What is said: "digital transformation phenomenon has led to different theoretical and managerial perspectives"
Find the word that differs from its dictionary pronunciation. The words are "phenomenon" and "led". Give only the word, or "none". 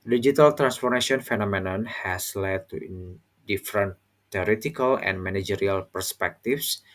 none